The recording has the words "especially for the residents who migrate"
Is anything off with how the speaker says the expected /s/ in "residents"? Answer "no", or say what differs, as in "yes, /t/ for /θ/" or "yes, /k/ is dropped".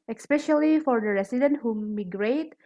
yes, /s/ is dropped